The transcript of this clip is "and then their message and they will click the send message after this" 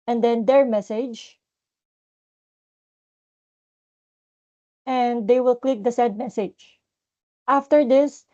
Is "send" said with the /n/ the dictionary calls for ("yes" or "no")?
no